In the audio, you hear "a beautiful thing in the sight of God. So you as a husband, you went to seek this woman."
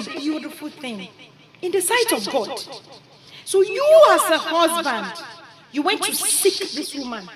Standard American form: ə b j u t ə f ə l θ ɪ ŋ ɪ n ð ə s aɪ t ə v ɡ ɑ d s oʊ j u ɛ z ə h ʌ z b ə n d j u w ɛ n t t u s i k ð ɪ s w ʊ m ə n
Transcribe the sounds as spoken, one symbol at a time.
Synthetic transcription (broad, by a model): b j u t ə f ə l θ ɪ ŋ ɪ n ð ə s aɪ t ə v ɡ ɑ d s oʊ j u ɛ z ə h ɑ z b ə n d j u w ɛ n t t u s i k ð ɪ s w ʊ m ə n